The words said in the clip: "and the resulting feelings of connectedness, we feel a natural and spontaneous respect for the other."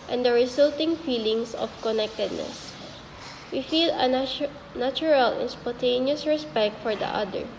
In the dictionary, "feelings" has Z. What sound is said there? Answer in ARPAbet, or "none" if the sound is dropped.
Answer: S